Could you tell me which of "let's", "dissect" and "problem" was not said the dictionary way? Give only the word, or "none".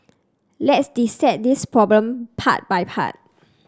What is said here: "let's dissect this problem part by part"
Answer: dissect